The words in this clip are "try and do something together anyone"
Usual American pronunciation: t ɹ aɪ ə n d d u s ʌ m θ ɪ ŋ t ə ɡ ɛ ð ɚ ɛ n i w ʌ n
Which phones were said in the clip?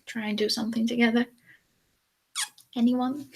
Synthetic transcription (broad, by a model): t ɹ aɪ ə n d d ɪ s ʌ m θ ɪ ŋ t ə ɡ ɛ ð ɚ ɛ n i w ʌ n